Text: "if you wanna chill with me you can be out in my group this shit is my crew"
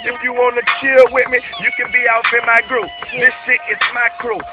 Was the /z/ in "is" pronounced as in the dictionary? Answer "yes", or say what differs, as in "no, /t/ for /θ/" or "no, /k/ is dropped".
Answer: no, /s/ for /z/